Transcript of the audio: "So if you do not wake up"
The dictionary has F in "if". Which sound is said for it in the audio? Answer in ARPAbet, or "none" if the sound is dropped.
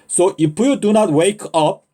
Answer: P